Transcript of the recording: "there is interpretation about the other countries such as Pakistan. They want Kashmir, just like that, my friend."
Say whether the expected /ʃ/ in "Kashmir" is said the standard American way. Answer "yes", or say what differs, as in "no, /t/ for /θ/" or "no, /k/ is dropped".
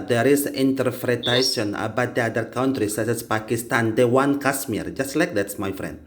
no, /s/ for /ʃ/